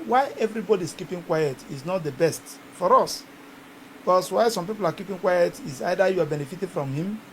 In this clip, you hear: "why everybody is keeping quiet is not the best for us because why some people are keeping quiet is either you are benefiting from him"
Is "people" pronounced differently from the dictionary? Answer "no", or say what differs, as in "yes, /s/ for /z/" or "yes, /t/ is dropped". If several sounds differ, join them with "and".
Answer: no